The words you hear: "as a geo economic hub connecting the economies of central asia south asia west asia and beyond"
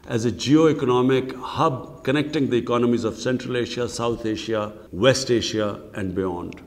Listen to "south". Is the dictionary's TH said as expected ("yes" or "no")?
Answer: no